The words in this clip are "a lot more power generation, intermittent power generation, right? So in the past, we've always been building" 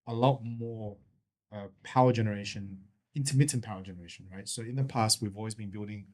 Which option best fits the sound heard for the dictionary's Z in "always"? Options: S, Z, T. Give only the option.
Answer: Z